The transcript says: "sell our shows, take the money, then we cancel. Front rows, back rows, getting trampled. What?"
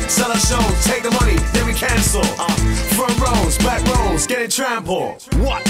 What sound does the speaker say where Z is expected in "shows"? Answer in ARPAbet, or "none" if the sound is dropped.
none